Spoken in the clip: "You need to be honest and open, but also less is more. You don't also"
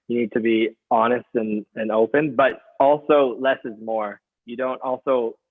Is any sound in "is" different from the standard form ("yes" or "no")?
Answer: no